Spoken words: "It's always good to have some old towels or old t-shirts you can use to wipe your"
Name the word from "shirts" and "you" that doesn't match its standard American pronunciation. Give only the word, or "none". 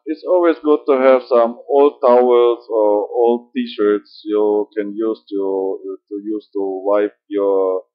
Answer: none